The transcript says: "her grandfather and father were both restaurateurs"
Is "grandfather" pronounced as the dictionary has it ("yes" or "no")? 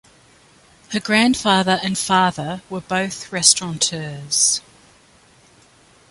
yes